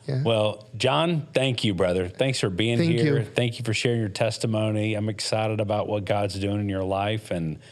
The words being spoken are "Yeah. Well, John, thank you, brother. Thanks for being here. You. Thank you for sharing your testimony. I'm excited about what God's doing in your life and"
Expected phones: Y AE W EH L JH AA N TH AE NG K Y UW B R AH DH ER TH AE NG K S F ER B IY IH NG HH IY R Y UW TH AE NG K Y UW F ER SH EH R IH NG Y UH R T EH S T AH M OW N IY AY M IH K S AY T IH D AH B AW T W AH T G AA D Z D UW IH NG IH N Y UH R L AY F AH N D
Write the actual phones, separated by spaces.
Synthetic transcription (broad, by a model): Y W EH L JH AA N TH AE NG K Y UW B R AH DH ER TH AE NG K S F ER B IY IH NG HH IY R TH AE NG K Y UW F ER SH EH R IH NG Y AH R T EH S T AH M OW N IY AY M IH K S AY T IH D AH B AW T W AH T G AA D Z D UW IH NG IH N Y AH R L AY F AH N